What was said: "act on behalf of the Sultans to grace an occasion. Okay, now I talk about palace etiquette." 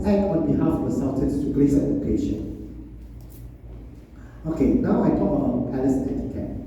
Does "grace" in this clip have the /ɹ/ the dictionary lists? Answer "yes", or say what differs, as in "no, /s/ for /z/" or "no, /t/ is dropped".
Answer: no, /l/ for /ɹ/